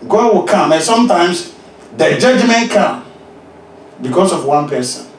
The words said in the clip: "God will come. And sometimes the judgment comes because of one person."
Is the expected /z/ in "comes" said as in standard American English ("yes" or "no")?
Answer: no